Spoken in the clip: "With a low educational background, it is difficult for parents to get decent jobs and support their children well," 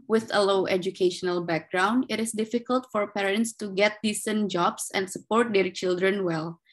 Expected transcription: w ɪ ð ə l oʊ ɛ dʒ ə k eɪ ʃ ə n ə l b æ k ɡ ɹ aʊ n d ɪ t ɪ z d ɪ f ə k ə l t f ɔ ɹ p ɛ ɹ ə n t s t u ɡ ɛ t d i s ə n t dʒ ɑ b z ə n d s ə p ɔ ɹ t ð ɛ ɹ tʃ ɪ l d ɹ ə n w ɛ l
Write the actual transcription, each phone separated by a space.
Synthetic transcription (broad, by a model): w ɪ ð ə l oʊ ɛ dʒ ə k eɪ ʃ ə n ə l b æ k ɡ ɹ aʊ n d ɪ t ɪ s d ɪ f ə k ə l t f ɔ ɹ p ɛ ɹ ə n t s t u ɡ ɛ t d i s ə n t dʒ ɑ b s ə n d s ə p ɔ ɹ t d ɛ ɹ tʃ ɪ l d ɹ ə n w ɛ l